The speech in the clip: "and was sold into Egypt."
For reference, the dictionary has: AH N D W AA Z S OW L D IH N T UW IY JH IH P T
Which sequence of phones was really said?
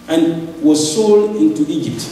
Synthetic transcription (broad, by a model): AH N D W AA Z S OW L D IH N T UW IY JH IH P T